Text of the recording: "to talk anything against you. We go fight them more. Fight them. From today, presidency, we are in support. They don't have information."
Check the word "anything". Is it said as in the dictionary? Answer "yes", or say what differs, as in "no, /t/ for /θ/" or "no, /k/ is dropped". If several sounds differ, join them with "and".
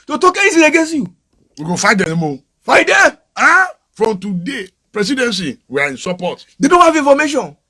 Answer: no, /s/ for /θ/